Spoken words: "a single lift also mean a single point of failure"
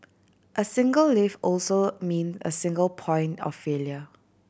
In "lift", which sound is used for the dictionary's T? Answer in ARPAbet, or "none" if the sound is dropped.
none